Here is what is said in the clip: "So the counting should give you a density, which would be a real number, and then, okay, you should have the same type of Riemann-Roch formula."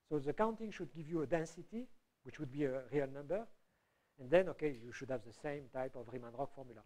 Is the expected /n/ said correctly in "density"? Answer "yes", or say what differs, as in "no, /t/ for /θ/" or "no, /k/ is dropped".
yes